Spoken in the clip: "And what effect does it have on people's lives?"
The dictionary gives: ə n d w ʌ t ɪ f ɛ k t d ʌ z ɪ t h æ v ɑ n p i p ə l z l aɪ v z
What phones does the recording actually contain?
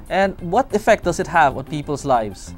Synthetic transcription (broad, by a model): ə n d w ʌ t ɪ f ɛ k t d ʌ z ɪ t h æ v ɑ n p i p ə l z l aɪ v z